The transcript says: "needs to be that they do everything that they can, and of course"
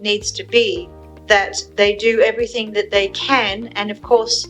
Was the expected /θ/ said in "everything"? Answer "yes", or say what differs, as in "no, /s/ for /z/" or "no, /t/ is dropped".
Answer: yes